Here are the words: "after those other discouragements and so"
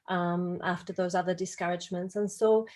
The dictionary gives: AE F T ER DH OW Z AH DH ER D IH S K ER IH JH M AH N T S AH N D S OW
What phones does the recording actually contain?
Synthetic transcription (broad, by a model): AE F T ER DH OW Z AH DH ER D IH S K ER IH JH M AH N T S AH N S OW